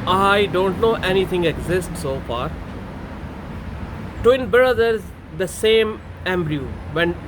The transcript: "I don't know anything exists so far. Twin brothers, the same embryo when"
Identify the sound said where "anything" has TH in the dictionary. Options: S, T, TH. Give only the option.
T